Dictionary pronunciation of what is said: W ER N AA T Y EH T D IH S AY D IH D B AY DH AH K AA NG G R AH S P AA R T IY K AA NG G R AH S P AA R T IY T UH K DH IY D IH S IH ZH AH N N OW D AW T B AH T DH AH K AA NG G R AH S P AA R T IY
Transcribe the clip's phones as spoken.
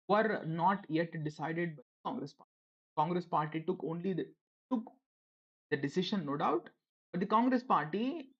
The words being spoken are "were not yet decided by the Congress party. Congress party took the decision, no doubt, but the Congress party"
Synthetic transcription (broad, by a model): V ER N AA T Y EH T D IH S AY D IH D B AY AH K AA NG G R AH S P AA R T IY K AA NG G R AH S P AA R T IY T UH K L IY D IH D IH S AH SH N OW D AW T B AH T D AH K AA NG G R AH S P AA R T IY